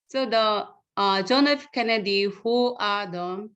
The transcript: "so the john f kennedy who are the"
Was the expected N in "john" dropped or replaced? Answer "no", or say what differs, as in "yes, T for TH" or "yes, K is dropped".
no